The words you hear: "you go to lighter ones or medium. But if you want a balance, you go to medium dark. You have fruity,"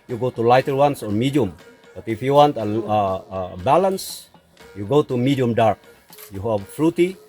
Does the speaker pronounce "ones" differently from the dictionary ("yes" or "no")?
yes